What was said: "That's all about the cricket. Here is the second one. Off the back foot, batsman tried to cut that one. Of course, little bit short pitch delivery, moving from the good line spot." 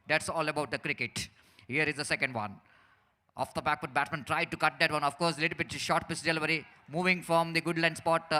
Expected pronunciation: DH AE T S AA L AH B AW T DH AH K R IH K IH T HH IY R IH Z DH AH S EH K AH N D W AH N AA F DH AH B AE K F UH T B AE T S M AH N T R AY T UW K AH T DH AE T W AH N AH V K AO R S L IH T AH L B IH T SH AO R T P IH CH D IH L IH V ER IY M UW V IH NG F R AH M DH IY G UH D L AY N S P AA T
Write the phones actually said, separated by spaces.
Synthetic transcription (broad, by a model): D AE T S AA L AH B AW T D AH K R IH K IH T HH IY R IH Z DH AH S EH K AH N D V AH N AA F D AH B AE K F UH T B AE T M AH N T R AY T UW K AH T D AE T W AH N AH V K AO R S L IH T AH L B IH T SH AO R T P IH S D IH L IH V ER IY M UW V IH NG F R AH M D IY G UH D L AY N S P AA T